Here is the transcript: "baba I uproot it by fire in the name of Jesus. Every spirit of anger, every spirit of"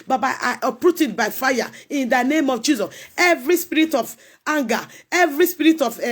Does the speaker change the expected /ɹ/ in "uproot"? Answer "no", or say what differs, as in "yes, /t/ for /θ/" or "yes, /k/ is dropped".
no